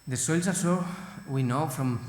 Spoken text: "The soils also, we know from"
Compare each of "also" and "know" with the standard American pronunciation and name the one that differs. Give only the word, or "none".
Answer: also